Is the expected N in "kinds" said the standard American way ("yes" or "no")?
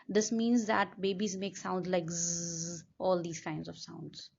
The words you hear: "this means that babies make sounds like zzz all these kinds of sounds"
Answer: yes